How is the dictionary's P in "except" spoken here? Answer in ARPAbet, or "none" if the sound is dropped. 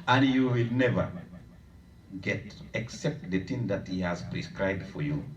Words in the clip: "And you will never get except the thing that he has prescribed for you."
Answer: P